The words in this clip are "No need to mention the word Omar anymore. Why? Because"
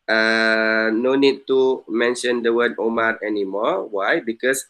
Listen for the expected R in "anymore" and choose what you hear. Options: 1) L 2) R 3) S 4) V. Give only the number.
2